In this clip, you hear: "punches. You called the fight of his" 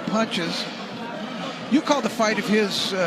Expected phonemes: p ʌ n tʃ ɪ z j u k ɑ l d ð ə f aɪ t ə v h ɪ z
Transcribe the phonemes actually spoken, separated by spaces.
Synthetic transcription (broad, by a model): p ʌ n tʃ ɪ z j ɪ k ɑ l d ð ə f aɪ t ə v ɪ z